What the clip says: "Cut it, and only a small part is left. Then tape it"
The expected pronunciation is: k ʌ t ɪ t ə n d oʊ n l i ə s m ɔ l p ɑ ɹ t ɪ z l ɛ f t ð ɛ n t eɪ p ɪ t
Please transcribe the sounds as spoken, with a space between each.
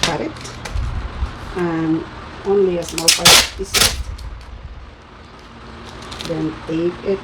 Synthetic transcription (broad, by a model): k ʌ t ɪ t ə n oʊ n l i ə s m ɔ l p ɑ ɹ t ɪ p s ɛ t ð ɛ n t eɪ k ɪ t